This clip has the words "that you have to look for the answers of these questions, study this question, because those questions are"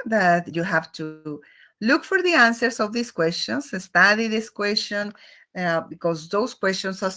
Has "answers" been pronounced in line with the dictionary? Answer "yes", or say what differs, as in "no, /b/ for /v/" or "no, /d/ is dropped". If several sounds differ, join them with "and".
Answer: no, /s/ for /z/